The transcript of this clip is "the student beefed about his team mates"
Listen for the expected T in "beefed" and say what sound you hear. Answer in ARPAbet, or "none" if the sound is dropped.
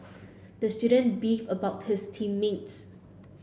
none